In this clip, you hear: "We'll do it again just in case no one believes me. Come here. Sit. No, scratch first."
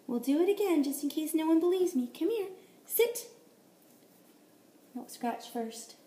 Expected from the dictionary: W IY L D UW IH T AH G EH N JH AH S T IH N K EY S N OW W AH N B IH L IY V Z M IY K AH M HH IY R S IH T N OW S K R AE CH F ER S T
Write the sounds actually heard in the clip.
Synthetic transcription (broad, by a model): W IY L D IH IH T AH G EH N JH AH S T IH N K EY S N OW W AH N B IH L IY V Z M IY K AH M HH IY R S IH T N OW S K R AE CH F ER S T